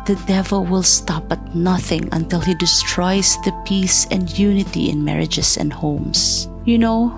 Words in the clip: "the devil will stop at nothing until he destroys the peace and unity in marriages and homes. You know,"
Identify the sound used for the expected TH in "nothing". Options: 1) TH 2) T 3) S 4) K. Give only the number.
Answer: 1